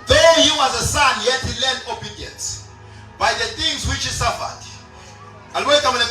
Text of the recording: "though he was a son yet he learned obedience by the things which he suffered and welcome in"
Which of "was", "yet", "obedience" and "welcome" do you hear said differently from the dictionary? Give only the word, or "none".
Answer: welcome